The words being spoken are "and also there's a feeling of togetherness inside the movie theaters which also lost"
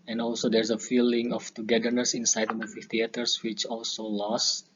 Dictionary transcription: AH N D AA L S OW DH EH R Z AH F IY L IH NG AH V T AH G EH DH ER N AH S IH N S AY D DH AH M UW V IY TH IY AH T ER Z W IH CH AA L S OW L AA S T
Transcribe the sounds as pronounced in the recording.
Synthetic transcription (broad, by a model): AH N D AA L S OW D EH R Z AH F IY L IH NG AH F T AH G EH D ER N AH S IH N S AY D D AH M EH F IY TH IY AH T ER S W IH CH AA L S OW L AA S